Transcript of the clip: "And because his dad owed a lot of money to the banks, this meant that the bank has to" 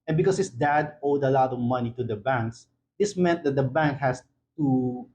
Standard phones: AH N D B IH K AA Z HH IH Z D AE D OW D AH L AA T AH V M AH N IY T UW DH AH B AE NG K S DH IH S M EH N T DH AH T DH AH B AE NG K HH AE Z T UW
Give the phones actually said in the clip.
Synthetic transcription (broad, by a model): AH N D B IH K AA S HH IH S D AE D OW D AH L AA T AH V M AH N IY T UW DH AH B AE NG K S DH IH S M EH N T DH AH T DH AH B AE NG K HH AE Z T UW